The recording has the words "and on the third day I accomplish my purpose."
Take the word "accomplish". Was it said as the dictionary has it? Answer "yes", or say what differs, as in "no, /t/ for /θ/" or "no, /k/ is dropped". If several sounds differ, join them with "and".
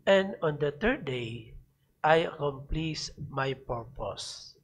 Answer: no, /s/ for /ʃ/